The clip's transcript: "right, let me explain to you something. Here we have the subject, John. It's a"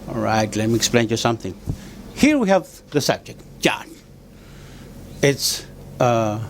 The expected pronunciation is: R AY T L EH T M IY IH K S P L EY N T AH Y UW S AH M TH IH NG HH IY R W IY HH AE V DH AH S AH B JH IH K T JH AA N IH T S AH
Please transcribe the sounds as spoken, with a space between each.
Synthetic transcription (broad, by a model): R AY T L EH T M IY IH K S P L EY N Y UW S AH M TH IH NG HH IY R W IY HH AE V DH AH S AH B JH IH K T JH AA N IH T S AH